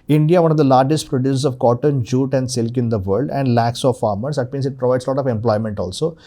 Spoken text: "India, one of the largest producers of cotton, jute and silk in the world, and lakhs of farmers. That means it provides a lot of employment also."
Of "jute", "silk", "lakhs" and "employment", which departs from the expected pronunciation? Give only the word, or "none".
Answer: none